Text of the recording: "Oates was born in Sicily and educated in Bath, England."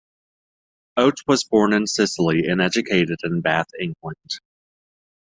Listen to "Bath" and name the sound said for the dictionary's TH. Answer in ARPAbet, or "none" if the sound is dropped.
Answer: TH